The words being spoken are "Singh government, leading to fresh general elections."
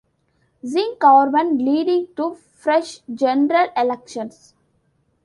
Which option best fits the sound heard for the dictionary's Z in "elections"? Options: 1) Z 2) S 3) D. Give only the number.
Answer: 2